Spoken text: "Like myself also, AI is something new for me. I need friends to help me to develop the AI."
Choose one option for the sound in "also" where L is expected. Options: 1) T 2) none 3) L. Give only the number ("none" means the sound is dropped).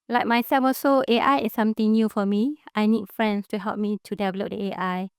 2